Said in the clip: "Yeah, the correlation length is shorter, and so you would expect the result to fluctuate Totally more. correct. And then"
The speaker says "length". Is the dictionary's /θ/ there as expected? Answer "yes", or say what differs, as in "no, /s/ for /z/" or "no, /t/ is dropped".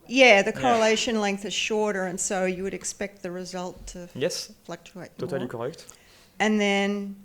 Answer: yes